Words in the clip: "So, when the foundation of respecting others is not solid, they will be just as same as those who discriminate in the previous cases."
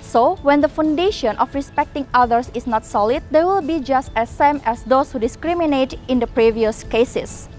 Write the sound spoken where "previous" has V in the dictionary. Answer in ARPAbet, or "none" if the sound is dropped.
V